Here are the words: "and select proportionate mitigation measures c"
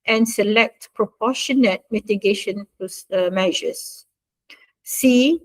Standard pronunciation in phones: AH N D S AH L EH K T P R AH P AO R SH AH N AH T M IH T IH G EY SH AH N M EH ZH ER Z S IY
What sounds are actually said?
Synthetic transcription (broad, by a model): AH N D S AH L EH K T P R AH P AO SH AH N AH T M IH T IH G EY SH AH N M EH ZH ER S S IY